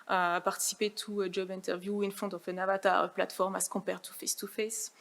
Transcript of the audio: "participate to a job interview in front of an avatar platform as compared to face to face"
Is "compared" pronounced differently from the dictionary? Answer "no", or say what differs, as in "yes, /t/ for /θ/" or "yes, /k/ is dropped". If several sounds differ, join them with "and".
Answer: yes, /m/ is dropped